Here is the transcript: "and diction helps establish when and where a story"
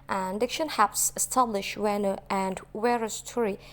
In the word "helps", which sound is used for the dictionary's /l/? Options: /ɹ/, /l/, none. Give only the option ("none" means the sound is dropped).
none